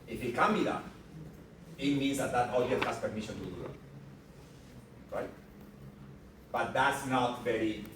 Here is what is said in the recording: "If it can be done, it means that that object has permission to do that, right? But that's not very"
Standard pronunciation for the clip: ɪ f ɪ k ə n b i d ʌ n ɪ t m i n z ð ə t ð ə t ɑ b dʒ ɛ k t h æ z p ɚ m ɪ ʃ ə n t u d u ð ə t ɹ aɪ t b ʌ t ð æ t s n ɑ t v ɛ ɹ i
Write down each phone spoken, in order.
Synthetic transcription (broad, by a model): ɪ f ɪ k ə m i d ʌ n ɪ t m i n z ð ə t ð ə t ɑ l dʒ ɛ t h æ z p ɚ m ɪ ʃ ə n t u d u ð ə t ɹ aɪ t b ʌ t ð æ t s n ɑ t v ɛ ɹ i